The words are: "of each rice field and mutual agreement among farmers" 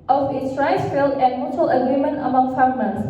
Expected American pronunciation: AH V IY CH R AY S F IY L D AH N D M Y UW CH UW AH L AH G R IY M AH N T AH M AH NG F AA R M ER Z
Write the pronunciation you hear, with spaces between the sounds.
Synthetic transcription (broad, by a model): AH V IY S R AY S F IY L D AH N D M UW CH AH L AH G R IY M AH N T AH M AH NG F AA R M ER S